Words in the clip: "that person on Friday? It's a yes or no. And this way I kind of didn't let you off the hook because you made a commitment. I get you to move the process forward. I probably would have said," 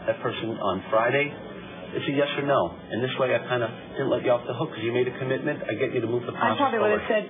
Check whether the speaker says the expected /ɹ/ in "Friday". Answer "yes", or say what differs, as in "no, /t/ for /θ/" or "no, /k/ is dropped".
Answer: yes